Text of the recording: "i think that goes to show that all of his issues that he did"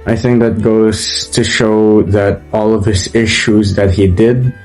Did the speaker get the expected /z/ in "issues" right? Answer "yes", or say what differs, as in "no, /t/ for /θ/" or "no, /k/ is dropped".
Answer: yes